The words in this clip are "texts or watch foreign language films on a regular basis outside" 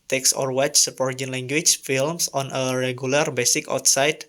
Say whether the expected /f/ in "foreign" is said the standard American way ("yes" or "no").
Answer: no